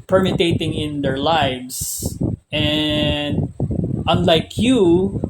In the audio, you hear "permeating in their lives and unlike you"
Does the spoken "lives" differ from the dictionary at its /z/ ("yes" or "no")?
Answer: yes